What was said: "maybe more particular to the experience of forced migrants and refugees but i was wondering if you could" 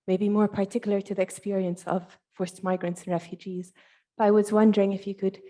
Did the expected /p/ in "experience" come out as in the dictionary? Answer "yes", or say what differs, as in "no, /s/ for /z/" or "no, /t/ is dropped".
yes